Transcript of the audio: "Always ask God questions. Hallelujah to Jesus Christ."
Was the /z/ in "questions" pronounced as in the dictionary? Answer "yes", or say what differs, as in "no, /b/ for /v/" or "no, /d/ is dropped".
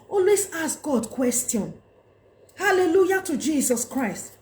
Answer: no, /z/ is dropped